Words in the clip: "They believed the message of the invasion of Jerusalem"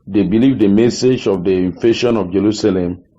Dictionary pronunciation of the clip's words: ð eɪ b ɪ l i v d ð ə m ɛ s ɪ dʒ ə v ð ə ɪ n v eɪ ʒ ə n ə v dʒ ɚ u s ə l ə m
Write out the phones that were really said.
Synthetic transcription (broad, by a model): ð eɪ b ɪ l i v d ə m ɛ s ɪ dʒ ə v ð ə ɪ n f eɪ ʃ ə n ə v dʒ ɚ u s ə l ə m